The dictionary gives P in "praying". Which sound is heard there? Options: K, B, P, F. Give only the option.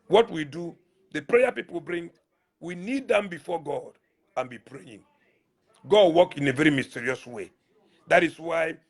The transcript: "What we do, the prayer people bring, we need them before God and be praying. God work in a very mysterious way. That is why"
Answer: P